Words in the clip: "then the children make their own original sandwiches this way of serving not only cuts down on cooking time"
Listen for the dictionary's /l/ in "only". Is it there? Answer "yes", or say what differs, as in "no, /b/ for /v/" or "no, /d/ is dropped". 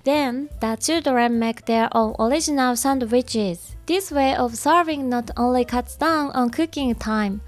yes